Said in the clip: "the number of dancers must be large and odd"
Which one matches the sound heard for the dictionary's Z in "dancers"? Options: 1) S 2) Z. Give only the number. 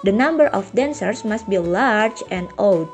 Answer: 1